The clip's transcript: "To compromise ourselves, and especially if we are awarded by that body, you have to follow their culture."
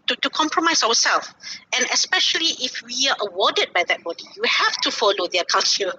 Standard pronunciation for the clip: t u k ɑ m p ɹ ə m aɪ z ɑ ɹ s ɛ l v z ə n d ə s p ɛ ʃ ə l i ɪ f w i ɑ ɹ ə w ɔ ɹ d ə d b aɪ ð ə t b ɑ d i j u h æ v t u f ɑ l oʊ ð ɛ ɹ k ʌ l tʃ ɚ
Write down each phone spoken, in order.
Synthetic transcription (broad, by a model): t u k ɑ m p ɹ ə m aɪ s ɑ w s ɛ l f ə n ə s p ɛ ʃ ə l i ɪ f w i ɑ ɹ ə w ɔ d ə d b aɪ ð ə t b ɑ d i j u h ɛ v t u f ɑ l oʊ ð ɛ k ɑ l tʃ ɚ